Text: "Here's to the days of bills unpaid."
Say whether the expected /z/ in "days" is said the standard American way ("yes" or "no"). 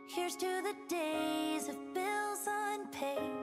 yes